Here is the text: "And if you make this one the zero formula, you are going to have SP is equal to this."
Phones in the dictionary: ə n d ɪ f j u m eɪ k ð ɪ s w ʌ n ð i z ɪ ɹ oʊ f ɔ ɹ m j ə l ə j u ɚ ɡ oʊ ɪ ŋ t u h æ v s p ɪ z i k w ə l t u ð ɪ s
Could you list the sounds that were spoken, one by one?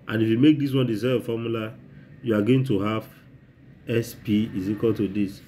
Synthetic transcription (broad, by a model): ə n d ɪ f j u m eɪ k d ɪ s w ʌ n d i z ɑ oʊ f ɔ m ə l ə j u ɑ ɡ oʊ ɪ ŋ t u h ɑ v s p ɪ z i k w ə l t u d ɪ s